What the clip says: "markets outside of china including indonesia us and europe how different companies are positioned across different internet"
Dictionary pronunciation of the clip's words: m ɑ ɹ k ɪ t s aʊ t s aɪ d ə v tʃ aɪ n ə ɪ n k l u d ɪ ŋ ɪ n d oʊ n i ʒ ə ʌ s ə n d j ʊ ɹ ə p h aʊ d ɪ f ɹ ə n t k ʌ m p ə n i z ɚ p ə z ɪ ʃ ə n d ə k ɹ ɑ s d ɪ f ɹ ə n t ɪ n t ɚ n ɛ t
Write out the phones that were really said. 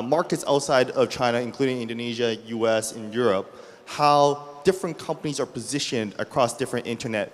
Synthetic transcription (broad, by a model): m ɑ ɹ k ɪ t s aʊ t s aɪ d ə v tʃ aɪ n ə ɪ n k l u d ɪ ŋ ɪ n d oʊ n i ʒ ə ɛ s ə n j ʊ ɹ ə p h aʊ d ɪ f ɹ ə n k ʌ m p ə n i z ɚ p ə z ɪ ʃ ə n d ə k ɹ ɑ s d ɪ f ɹ ə n t ɪ n t ɚ n ɛ t